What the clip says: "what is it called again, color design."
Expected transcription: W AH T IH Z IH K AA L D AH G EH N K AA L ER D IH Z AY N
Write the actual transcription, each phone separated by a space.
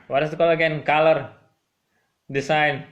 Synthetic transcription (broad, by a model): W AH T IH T IH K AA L AH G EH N K AA L ER D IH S AY N